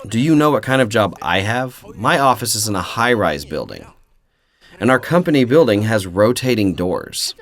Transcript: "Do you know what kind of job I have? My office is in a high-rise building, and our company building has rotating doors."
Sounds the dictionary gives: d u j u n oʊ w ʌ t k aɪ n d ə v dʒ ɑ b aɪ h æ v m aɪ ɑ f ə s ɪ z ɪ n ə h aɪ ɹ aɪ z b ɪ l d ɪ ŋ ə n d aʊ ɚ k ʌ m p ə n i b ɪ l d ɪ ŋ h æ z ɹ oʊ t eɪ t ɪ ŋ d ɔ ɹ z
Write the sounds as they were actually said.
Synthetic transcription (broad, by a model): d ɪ j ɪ n oʊ w ʌ t k aɪ n d ə v dʒ ɑ b aɪ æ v m aɪ ɑ f ə s ɪ z ɪ n ə h aɪ ɹ aɪ z b ɪ l d ɪ ŋ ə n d aʊ ɚ k ʌ m p ə n i b ɪ l d ɪ ŋ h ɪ z ɹ oʊ t eɪ t ɪ ŋ d ɔ ɹ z